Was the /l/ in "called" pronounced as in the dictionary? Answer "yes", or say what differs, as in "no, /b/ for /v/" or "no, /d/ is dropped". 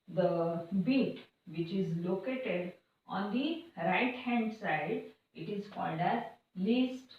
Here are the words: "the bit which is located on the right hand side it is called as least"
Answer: yes